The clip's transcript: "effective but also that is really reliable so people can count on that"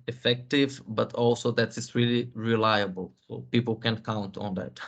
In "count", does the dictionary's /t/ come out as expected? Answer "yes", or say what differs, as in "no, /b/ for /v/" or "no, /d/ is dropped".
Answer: yes